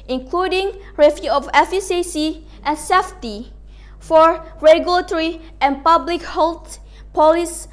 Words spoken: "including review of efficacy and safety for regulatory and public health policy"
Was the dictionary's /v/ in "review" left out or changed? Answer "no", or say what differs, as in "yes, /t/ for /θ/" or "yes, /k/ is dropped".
yes, /f/ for /v/